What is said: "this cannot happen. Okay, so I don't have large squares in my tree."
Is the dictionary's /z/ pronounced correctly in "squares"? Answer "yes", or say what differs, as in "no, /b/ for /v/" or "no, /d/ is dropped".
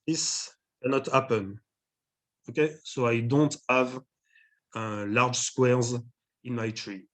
yes